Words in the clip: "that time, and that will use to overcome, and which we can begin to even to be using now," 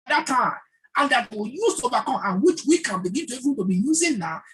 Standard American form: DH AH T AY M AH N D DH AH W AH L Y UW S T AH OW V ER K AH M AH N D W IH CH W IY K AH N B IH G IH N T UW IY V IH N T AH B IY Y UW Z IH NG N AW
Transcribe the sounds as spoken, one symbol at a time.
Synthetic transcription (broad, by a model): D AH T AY AH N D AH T Y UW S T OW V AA K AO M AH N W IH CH W IY K AH N B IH G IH N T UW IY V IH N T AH B IY Y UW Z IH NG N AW